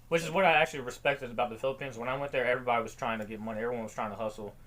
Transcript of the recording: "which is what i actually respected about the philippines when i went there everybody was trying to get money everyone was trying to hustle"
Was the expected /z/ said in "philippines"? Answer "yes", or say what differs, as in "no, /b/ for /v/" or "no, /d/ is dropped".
yes